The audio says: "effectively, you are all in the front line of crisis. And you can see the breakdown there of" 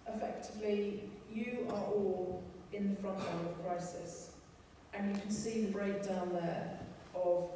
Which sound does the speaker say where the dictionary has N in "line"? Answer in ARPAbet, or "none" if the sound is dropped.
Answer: L